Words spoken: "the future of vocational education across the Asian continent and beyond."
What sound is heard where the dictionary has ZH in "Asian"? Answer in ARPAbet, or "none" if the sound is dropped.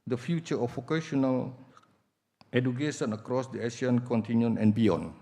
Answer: SH